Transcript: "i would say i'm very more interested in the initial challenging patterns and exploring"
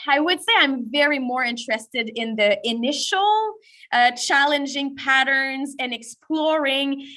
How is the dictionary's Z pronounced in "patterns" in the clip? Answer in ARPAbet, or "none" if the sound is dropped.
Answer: Z